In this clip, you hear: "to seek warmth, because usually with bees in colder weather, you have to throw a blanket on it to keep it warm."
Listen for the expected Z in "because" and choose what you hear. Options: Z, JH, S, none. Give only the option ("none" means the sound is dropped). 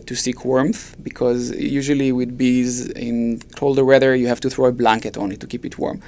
Z